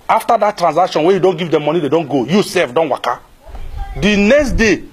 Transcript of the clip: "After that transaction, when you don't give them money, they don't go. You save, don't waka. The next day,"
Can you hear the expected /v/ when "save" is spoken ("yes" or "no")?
no